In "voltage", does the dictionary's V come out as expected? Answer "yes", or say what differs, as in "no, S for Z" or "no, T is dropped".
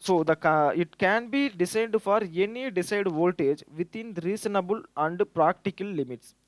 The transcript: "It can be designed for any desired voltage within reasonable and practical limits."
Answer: yes